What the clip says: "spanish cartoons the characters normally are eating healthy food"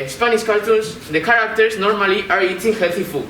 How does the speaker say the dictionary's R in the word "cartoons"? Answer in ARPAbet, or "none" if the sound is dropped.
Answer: L